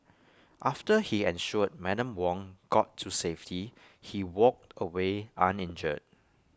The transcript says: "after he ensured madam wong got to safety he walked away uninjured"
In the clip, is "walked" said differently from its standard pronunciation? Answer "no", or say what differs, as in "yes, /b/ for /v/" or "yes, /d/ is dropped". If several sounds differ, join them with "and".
no